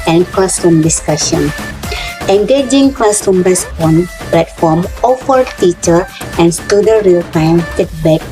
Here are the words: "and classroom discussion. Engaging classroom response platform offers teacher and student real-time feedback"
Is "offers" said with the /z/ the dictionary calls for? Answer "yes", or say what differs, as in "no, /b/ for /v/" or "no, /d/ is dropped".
no, /z/ is dropped